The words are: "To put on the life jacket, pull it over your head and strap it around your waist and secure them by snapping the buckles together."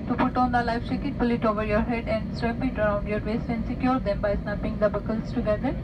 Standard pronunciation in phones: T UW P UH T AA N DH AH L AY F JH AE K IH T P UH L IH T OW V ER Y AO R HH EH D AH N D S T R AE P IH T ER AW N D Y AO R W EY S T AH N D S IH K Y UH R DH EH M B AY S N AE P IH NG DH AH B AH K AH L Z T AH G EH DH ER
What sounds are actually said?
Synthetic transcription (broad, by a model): T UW P UH T AA N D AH L AY F CH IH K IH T P UH L IH T OW V ER Y AO R HH EH D AH N D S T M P IH T ER AW N D Y AO R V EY S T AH N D S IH K Y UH R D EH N B AY S N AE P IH NG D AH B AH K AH L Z T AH G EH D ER